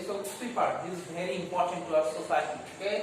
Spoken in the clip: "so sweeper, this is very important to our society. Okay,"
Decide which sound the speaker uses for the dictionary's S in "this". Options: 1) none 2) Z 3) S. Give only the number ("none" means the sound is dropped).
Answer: 1